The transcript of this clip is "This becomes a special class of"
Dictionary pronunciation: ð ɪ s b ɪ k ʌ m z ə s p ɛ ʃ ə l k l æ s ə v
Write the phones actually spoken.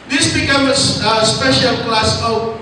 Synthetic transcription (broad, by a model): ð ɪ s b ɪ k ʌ m ə s p ɛ ʃ ə l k l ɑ s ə